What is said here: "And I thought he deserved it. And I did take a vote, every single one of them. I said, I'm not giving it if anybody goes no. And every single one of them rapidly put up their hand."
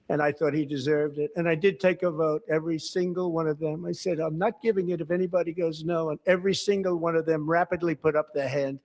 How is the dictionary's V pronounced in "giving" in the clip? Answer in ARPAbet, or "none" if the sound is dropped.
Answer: V